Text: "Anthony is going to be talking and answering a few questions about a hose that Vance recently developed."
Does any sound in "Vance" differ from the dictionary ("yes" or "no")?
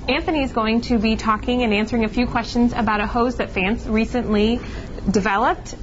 yes